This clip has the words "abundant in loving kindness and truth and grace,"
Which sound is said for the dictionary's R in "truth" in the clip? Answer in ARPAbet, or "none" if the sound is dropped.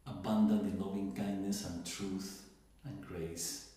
R